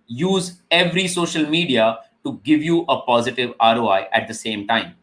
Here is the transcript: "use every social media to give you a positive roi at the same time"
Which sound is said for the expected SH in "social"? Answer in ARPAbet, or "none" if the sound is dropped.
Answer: SH